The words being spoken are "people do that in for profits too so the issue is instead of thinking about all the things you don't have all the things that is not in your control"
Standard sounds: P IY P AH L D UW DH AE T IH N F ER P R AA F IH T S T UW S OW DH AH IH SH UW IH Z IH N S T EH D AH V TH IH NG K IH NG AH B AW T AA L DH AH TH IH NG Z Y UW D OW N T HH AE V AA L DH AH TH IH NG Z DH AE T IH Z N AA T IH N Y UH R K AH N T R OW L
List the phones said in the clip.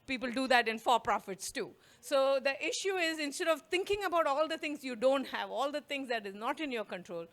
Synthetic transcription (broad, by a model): P IY P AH L D UW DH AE T IH N F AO P R AA F IH T S T UW S OW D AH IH SH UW IH Z IH N S T EH D AH V T IH NG K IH NG AH B AW T AA L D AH T IH NG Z Y UW D OW N T HH AE V AA L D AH T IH NG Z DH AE T IH Z N AA T IH N Y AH R K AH N T R OW L